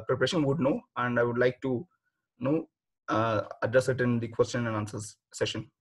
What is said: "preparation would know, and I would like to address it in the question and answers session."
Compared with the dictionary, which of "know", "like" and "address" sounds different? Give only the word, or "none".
none